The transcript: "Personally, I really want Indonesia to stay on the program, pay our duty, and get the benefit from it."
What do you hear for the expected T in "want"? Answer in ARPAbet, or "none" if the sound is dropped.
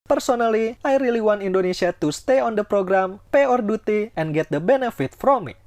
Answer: none